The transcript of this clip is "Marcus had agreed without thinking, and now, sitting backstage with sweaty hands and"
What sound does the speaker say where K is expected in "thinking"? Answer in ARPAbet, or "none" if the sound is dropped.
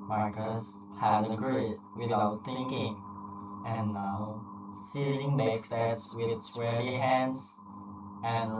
K